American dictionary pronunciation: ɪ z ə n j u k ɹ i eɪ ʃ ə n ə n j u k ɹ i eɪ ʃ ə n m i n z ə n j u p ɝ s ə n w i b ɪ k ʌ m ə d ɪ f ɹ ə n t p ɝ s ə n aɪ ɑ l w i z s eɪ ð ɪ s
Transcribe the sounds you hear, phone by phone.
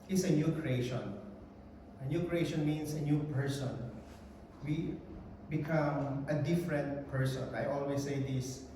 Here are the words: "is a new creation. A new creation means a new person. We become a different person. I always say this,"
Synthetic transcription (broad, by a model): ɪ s ə n j u k ɹ i eɪ ʃ ə n ə n j u k ɹ i eɪ ʃ ə n m i n s ə n j u p ɝ s ə n w i b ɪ k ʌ m ə d ɪ f ɹ ə n t p ɝ s ə n aɪ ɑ l w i s eɪ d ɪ s